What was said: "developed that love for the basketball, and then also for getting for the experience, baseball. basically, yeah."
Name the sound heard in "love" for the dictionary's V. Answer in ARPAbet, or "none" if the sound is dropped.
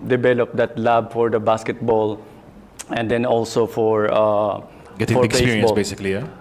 B